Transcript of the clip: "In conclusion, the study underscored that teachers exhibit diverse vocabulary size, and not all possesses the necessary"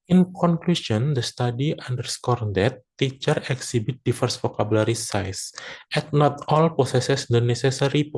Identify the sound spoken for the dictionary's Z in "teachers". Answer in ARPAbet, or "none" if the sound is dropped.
none